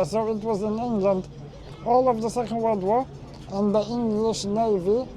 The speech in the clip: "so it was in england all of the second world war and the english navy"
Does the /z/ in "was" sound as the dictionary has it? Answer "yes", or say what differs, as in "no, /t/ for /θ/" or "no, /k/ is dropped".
yes